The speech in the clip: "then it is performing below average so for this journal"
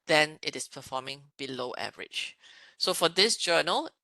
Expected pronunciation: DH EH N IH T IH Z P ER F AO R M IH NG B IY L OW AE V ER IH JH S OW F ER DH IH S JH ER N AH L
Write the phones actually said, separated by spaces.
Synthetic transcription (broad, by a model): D EH N IH T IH S P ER F AO M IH NG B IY L OW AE V ER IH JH S OW F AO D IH S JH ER N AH L